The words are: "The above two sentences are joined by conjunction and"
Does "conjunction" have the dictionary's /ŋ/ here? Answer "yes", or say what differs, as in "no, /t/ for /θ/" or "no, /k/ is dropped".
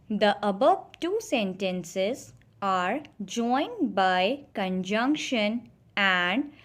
yes